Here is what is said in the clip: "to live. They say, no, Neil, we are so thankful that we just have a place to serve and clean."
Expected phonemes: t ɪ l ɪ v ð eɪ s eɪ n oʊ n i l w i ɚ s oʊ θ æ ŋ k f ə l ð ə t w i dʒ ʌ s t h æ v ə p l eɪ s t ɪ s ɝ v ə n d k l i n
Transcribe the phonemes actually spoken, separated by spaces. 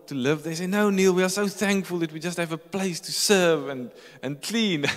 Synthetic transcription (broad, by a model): t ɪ l ɪ v ð eɪ s eɪ n oʊ n i l w i ɚ s oʊ θ æ ŋ k f ə l ð ə t w i dʒ ʌ s t h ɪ v ə p l eɪ s t ɪ s ɝ v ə n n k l i n